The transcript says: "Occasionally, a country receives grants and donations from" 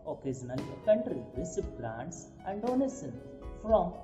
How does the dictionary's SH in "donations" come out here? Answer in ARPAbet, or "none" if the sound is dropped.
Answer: S